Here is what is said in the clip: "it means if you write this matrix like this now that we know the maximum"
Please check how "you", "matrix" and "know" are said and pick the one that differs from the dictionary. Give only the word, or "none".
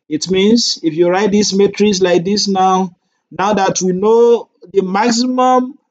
matrix